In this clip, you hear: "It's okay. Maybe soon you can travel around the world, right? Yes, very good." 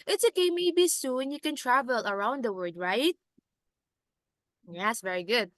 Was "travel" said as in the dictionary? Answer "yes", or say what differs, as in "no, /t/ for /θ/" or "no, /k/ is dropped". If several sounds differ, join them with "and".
yes